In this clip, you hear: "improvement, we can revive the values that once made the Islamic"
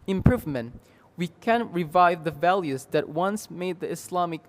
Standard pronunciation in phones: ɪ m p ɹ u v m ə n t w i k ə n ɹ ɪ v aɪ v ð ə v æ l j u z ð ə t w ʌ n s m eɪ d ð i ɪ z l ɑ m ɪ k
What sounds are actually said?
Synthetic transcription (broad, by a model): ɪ m p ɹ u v m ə n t w i k ə n ɹ ɪ v aɪ v ð ə v æ l j u z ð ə t w ʌ n s m eɪ d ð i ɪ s l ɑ m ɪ k